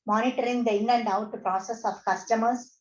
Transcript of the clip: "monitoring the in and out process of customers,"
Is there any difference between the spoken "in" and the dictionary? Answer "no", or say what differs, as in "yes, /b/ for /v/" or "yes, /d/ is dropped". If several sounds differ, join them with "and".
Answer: yes, /l/ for /n/